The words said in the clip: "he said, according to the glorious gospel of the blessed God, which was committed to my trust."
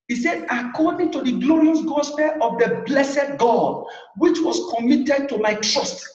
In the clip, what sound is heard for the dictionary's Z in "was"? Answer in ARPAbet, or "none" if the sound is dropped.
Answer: S